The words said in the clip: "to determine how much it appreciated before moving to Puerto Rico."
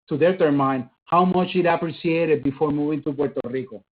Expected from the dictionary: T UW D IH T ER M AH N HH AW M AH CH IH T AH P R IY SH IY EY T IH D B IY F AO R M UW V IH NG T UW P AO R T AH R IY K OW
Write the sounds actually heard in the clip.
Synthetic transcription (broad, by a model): T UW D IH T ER M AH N HH AW M AH CH IH T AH P R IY S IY EY T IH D B IY F AO R M UW V IH NG T UW P AO R T AH R IY K OW